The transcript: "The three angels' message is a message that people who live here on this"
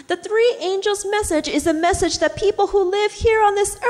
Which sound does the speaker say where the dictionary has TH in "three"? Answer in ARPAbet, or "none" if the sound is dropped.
TH